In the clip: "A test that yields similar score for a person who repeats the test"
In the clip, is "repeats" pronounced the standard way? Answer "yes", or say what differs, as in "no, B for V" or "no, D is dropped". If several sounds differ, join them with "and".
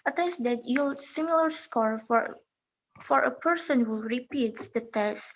yes